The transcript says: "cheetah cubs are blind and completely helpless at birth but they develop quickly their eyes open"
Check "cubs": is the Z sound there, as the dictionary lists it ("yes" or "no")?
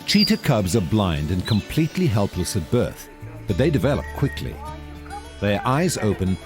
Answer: yes